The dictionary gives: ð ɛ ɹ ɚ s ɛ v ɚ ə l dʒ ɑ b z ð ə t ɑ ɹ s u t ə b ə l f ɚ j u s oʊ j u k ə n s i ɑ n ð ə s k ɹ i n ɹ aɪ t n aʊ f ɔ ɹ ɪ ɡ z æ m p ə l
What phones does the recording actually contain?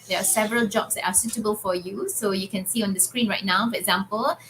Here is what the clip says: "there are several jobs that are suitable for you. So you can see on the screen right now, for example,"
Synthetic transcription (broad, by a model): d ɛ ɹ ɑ s ɛ v ɚ ə l dʒ ɑ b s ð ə t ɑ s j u t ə b ə l f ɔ j u s oʊ j u k ə n s i ɑ n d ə s k ɹ i n ɹ aɪ t n aʊ f ɔ ɹ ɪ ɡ z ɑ m p ə l